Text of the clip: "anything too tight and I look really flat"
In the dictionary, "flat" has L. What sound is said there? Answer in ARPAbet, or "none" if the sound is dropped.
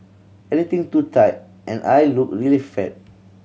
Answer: none